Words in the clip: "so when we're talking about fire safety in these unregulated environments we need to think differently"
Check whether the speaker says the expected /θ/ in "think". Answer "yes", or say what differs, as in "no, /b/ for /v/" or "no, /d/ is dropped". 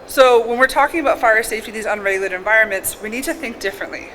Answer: yes